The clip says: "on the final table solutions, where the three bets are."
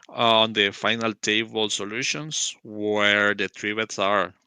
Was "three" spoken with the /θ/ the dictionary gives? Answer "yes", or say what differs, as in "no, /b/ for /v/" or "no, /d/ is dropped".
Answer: no, /t/ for /θ/